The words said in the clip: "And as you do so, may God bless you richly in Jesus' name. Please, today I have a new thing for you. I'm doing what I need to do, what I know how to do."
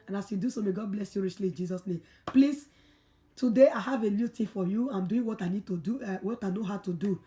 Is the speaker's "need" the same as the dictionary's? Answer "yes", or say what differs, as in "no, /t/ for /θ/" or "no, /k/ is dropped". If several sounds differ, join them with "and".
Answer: yes